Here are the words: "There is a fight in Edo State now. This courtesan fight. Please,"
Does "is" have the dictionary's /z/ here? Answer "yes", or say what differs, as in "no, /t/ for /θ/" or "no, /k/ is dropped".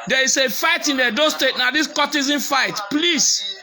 no, /s/ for /z/